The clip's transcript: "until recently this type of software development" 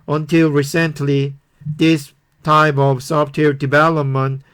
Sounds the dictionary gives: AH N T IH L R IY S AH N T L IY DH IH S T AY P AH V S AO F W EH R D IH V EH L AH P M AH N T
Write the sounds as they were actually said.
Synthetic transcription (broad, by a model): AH N T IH L R IY S AH N T L IY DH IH S T AY P AH V S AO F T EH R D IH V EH L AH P M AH N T